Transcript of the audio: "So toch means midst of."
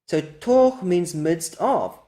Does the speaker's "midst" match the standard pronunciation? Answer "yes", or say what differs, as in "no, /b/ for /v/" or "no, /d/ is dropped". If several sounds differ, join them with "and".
yes